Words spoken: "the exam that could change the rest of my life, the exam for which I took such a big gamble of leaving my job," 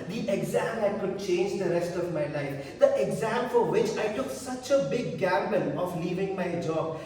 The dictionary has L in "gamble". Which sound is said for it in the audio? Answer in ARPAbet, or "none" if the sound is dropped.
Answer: N